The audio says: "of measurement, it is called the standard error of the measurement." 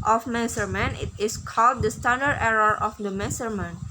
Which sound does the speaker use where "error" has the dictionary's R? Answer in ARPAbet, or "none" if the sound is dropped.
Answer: R